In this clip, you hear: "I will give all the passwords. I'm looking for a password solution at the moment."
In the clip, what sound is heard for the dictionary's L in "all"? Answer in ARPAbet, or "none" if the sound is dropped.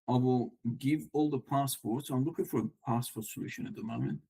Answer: L